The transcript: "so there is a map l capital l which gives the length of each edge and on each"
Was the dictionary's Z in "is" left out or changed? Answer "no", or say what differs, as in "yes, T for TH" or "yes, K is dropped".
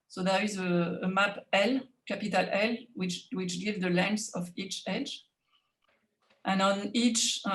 no